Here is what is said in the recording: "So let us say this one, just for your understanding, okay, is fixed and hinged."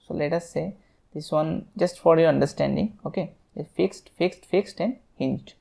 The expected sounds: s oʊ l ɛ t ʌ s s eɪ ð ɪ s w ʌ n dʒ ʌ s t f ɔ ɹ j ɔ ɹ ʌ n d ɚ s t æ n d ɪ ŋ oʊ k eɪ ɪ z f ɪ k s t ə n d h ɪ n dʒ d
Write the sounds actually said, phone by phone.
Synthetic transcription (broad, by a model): s oʊ l ɛ t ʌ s s eɪ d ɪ s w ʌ n dʒ ʌ s t f ɔ ɹ j ɔ ɹ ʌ n d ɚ s t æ n d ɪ ŋ oʊ k eɪ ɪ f f ɪ k s t ə n d h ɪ n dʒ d